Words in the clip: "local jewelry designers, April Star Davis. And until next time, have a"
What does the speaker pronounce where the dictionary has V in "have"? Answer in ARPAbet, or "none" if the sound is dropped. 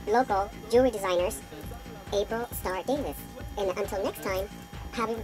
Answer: B